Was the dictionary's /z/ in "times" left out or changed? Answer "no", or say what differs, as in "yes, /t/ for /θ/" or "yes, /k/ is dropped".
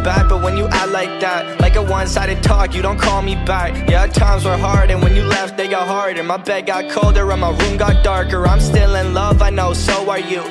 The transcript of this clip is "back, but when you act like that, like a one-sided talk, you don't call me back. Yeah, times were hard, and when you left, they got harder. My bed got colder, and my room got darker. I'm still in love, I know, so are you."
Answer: no